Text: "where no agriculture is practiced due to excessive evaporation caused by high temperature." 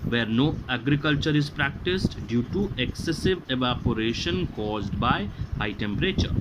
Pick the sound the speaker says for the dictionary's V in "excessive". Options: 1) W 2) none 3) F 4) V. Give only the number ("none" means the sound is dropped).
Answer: 4